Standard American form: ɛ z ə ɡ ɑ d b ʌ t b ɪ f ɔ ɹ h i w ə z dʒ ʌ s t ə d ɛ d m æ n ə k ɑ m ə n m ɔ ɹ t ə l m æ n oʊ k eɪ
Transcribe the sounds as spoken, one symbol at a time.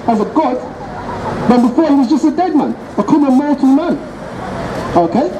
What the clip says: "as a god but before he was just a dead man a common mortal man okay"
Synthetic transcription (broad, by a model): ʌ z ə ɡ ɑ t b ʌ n b ɪ f ɔ ɹ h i w ə z dʒ ʌ s t ə d ɛ d m æ n ə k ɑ ə m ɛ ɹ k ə n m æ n oʊ k eɪ